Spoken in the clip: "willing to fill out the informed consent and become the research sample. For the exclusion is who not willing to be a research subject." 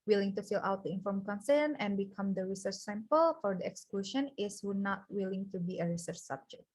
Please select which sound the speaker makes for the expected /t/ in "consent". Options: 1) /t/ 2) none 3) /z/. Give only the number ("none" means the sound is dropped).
2